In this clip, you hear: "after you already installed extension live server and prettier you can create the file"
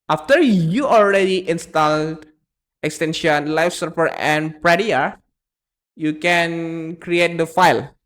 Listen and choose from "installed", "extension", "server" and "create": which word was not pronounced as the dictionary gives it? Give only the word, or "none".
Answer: server